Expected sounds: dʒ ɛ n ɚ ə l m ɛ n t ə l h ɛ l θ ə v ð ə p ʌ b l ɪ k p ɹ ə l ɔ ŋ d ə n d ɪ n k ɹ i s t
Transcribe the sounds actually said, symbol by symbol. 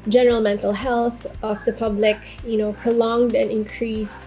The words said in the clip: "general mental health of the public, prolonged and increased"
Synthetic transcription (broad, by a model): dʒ ɛ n ɚ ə l m ɛ n t ə l h ɛ l θ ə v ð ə p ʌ b l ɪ k p ɹ ə l ɔ ŋ d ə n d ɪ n k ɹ i s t